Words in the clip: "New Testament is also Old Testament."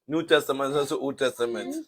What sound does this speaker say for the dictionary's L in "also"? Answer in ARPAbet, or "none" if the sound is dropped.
none